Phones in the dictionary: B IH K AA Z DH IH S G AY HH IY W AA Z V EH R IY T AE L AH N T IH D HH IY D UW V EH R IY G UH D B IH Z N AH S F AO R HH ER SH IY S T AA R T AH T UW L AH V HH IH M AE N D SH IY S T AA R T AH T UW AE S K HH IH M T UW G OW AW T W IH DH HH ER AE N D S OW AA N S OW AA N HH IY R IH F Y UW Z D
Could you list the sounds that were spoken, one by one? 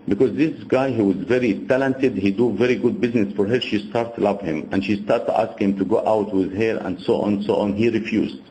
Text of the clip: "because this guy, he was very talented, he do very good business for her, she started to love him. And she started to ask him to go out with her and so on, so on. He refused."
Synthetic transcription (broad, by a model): B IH K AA Z DH IH S G AY HH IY W AA Z V EH R IY T AE L AH N T IH D HH IY D UW V EH R IY G UH D B IH Z N AH S F AO R HH ER SH IY S T AA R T T UW L AH V HH IH M AE N D SH IY S T AA R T T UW AE S K HH IH M T UW G OW AW T W IH DH HH ER AE N D S OW AA N S OW AA N HH IY R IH F Y UW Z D